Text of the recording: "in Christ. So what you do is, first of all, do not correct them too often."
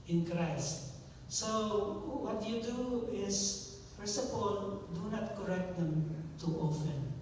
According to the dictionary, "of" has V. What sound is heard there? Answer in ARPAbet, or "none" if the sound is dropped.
P